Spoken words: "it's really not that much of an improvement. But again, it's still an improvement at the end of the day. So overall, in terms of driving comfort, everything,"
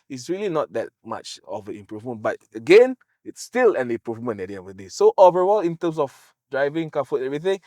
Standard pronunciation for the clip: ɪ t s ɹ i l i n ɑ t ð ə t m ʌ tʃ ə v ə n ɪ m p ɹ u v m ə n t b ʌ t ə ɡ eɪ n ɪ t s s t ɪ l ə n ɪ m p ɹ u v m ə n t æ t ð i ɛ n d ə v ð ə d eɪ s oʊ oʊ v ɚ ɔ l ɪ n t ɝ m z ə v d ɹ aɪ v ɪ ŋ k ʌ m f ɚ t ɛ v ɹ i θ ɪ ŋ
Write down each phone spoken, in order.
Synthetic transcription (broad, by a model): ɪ t s ɹ i l i n ɑ t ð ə t m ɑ tʃ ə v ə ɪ m p ɹ u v m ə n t b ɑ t ə ɡ eɪ n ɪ t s s t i l ə n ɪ m p ɹ u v m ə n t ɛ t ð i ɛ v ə d eɪ s oʊ oʊ v ɚ ɔ l ɪ n t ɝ m s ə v d ɹ aɪ v ɪ ŋ k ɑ f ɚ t ɛ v ɹ i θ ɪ ŋ